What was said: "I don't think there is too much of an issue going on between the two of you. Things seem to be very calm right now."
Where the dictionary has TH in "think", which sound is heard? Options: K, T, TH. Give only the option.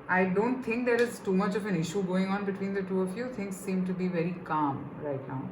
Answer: T